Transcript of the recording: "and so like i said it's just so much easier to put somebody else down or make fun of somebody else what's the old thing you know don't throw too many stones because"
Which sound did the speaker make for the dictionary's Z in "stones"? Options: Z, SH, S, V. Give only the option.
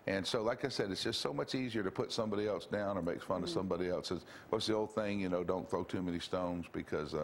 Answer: Z